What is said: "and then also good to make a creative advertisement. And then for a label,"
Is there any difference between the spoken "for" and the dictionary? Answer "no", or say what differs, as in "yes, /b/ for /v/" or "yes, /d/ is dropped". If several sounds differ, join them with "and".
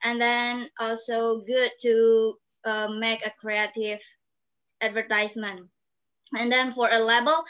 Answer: no